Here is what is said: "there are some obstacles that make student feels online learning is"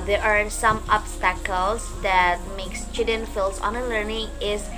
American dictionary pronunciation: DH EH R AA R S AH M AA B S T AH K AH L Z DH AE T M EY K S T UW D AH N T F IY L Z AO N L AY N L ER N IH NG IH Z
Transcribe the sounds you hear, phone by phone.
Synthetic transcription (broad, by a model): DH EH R AA R S AH M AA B S T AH K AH L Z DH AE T M EY K S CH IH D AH N F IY L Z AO N AH L ER N IH NG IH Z